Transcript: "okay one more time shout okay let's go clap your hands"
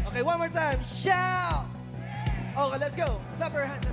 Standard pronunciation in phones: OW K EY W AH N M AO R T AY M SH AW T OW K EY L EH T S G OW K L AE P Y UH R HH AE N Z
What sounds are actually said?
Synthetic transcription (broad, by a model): OW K EY W AH N M AO R T AY M SH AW OW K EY L EH T S G OW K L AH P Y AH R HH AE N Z